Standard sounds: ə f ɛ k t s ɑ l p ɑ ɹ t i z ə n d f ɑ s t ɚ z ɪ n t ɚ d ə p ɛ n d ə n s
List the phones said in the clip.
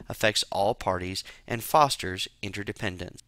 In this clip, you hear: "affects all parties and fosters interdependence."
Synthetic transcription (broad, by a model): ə f ɛ k t s ɑ l p ɑ ɹ t i z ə n f ɑ s t ɚ z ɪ n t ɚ d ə p ɛ n d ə n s